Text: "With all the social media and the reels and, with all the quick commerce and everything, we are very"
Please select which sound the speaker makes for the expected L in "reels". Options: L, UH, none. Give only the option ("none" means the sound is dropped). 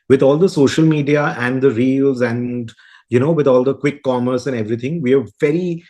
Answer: L